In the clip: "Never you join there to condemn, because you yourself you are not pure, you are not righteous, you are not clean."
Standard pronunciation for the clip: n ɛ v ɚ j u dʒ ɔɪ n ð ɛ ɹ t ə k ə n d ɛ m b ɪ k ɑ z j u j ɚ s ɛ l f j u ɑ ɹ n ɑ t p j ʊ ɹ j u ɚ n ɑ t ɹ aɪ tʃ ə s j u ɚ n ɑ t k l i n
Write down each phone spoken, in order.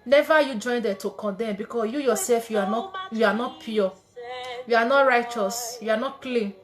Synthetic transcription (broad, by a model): n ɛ v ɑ j u dʒ ɔɪ n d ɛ t ə k ə n d ɛ m b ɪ k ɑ j u j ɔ s ɛ l f j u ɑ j n ɑ t p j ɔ j u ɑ n ɑ t ɹ aɪ tʃ ə s j u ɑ n ɑ t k l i n